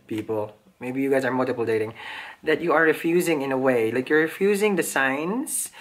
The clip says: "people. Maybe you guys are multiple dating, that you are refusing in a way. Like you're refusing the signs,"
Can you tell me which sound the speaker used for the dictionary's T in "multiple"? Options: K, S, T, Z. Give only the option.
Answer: T